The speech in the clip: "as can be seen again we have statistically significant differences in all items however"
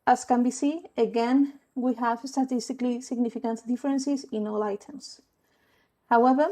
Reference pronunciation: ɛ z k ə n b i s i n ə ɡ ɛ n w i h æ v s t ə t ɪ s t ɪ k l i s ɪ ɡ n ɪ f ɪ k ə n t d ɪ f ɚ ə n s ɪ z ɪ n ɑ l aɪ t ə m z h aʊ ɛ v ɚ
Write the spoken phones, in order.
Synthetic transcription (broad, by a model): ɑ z k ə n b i s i ə ɡ ɛ n w i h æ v s t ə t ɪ s t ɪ k l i s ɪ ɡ n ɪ f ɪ k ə n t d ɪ f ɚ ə n s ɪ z ɪ n ɑ l aɪ t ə m s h aʊ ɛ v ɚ